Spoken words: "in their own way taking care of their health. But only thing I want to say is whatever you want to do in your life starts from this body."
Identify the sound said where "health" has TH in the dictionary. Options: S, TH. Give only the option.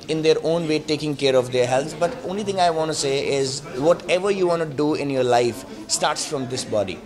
S